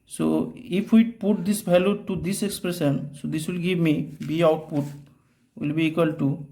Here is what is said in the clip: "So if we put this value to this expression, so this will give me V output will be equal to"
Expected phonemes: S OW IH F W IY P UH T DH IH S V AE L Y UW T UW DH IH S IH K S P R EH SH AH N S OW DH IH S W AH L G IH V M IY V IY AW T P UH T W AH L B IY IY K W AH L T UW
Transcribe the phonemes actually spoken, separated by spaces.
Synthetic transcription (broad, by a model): S OW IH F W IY P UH T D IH S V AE L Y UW T UW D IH S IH K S P R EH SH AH N S OW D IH S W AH L G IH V M IY B IY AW T P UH T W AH L B IY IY K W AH L T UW